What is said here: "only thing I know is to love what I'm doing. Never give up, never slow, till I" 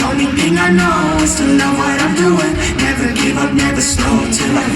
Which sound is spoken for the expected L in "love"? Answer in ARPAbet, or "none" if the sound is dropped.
N